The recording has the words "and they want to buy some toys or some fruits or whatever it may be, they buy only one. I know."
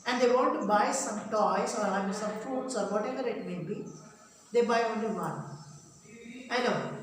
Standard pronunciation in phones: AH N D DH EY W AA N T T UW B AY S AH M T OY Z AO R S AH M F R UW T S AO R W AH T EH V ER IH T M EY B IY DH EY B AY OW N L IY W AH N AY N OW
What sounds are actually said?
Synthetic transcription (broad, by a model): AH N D EY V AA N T T UW B AY S AH M T OY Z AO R S AH M F UW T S AO R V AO T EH V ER IH T M EY B IY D EY B AY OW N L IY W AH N AY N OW